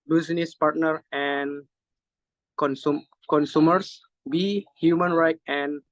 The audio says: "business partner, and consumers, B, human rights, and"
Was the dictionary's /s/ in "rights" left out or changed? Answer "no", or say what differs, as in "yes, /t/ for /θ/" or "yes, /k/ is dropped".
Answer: yes, /s/ is dropped